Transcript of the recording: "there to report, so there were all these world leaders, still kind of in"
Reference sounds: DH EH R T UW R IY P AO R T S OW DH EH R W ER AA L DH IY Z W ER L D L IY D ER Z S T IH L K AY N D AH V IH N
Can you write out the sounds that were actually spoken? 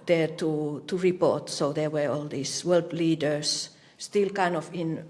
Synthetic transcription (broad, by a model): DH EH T T UW R IY P AO R T S OW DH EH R W ER AA L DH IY S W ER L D L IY D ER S S T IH L K AY N D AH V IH N